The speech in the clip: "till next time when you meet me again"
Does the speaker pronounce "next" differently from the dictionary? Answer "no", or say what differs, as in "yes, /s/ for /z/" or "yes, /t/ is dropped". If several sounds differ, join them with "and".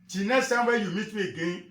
yes, /k/ is dropped